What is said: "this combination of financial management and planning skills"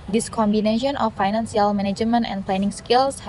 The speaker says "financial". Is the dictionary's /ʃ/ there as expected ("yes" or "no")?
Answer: no